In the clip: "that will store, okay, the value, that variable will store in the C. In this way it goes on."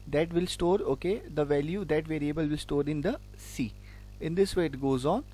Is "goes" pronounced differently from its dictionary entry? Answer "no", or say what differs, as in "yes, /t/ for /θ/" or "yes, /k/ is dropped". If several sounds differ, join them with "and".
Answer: no